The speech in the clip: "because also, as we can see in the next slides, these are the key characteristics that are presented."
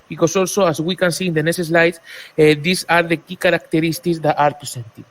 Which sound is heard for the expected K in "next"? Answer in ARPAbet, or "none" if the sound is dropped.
none